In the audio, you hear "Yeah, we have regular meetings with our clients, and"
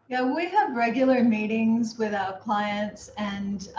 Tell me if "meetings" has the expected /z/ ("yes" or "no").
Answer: yes